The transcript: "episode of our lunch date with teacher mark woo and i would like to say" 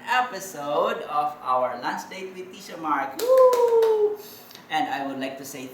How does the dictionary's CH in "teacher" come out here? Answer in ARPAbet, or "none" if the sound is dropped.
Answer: SH